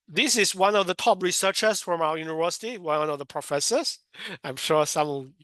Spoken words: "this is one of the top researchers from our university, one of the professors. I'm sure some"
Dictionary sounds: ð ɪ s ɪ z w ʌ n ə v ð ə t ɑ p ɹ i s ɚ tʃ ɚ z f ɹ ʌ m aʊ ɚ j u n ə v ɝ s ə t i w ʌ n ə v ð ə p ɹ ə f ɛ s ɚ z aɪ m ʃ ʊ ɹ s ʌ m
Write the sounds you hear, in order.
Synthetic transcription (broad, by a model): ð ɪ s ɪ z w ʌ n ə v ð ə t ɑ p ɹ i s ɚ tʃ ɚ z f ɹ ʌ m aʊ ɚ j u n ə v ɝ s ə t i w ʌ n ə v ð ə p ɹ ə f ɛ s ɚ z aɪ m ʃ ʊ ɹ s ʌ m